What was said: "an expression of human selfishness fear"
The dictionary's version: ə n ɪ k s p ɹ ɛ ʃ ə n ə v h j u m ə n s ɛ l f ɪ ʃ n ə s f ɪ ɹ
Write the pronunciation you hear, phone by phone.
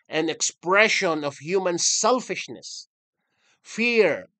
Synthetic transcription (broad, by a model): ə n ɪ k s p ɹ ɛ ʃ ə n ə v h j u m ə n s ɛ l f ɪ ʃ n ə s f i ɹ